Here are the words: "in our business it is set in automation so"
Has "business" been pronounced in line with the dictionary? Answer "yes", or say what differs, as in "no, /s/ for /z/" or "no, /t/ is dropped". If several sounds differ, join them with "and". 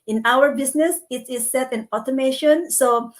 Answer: no, /s/ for /z/